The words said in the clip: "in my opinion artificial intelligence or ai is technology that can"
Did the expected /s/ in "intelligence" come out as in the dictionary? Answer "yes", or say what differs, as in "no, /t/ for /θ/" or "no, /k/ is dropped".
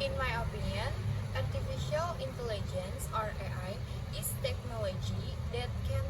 yes